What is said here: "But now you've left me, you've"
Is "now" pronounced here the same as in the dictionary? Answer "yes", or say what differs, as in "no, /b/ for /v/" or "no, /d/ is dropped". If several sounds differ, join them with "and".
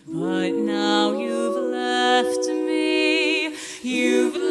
yes